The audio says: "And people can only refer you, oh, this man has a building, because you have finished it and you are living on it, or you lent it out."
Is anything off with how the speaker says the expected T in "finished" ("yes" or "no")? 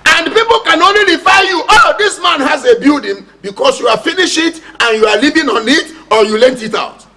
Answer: yes